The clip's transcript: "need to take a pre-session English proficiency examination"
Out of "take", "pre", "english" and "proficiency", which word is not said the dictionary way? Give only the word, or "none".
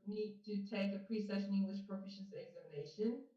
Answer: proficiency